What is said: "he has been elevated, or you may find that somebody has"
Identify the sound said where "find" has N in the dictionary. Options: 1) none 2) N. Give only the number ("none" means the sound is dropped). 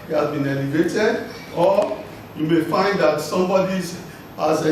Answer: 2